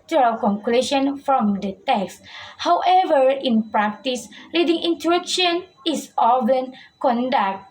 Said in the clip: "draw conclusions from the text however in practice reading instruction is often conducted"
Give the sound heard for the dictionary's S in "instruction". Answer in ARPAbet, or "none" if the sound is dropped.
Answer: none